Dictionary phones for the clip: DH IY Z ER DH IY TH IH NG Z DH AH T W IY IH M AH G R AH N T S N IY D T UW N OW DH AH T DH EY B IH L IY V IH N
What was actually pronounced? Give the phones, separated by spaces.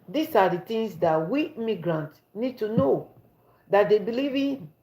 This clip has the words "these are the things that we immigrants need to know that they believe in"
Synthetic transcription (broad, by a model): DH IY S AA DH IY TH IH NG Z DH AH T W IY M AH G R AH N T N IY D T UW N OW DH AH T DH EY B IH L IY V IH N